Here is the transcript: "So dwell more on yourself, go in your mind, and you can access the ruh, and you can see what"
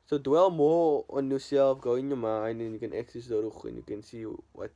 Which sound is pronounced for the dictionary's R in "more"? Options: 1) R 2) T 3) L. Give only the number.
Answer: 3